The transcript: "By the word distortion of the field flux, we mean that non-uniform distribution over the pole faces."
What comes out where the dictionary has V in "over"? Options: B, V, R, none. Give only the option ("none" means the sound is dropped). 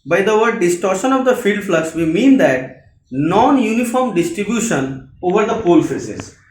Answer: V